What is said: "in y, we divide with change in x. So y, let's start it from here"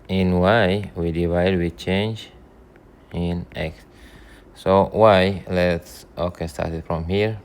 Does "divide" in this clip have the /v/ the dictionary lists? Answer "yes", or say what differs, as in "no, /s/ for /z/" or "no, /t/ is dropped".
yes